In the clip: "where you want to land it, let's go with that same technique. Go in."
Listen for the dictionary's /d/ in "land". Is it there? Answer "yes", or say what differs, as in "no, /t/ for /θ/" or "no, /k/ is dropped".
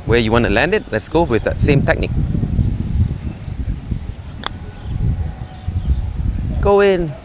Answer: yes